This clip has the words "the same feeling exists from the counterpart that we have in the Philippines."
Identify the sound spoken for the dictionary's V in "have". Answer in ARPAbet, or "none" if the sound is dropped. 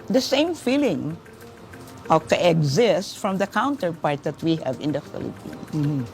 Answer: V